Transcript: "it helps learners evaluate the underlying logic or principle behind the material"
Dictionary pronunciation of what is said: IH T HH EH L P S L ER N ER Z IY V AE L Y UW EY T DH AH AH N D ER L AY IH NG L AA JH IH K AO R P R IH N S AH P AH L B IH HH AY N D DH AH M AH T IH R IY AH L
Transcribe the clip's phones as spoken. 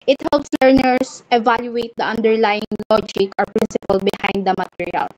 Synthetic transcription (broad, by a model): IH T HH EH L P S L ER N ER S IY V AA L Y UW EY T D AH AH N D ER L AY IH NG L AA JH IH K AO R P R IH N S AH P AH L B IH HH AY N D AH M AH T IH R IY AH L